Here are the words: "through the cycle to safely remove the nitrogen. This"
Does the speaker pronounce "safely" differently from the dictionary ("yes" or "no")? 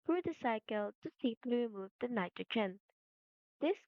yes